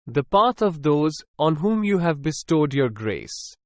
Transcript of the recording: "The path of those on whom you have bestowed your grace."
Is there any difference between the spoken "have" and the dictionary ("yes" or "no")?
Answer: no